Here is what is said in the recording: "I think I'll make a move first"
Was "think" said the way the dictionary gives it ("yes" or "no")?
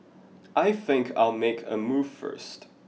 yes